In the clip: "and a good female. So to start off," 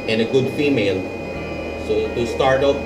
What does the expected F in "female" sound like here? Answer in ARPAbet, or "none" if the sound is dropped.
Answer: F